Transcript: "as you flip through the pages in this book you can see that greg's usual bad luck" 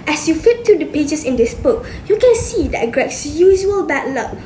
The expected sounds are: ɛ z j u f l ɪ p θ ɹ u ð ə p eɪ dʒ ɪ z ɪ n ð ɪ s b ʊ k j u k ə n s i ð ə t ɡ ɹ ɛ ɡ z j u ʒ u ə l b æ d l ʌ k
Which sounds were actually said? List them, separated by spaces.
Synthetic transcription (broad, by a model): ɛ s j u f ɪ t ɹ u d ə p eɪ dʒ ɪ s ɪ n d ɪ s b ʊ k j u k ə n s i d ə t ɡ ɹ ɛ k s j u ʒ u ə l b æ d l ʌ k